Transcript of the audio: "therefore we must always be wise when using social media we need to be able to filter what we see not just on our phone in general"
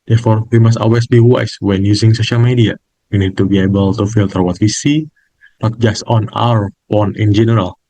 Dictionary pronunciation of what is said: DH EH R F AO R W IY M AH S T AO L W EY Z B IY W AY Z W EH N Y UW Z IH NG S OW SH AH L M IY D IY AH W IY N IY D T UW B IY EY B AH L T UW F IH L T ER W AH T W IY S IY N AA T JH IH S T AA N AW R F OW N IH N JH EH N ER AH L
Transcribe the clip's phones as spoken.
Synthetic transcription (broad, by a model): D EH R F AO R W IY M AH S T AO L W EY S B IY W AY S W EH N Y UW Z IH NG S OW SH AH L M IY D IY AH W IY N IY D T UW B IY EY B AH L T UW F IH L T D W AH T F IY S IY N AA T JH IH S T AA N AW R P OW N IH N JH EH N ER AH L